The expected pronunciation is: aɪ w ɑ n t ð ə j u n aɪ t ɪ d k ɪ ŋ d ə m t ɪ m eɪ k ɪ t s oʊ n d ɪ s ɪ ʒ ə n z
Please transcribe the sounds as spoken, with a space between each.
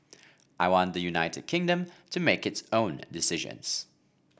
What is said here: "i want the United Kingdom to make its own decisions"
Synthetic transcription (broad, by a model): aɪ w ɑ n ð ə j u n aɪ t ɪ d k ɪ ŋ d ə m t ɪ m eɪ k ɪ t s oʊ n d ɪ s ɪ ʒ ə n z